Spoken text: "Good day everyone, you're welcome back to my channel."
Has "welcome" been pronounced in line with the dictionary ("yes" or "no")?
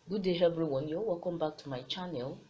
no